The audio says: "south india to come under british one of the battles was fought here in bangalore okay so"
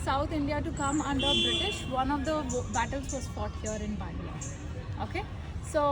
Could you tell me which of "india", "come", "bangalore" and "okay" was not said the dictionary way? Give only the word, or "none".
bangalore